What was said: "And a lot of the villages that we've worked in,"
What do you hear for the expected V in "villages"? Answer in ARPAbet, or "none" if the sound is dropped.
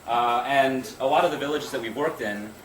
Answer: V